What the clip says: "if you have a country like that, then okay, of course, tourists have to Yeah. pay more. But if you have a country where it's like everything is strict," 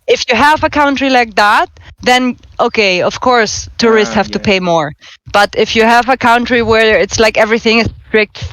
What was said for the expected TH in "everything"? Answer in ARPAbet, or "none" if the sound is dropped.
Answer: TH